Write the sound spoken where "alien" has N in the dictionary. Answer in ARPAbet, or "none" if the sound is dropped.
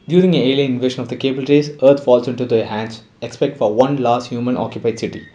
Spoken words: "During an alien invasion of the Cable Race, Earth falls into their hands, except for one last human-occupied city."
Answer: none